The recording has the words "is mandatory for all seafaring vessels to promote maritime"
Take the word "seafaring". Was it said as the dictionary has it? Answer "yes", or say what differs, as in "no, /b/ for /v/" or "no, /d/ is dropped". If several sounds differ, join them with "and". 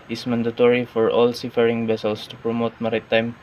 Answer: yes